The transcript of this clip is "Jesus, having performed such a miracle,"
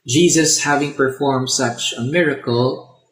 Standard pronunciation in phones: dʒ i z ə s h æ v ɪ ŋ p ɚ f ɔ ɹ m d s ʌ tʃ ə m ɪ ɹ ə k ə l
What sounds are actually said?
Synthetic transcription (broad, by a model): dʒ i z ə s h æ v ɪ ŋ p ɚ f ɔ ɹ m d s ʌ tʃ ə m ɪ ɹ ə k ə l